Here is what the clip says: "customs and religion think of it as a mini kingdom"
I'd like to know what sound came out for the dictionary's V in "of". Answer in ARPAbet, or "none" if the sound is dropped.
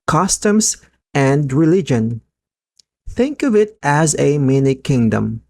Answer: V